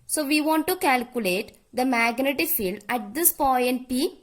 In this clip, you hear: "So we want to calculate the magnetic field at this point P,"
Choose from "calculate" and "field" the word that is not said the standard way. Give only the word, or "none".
none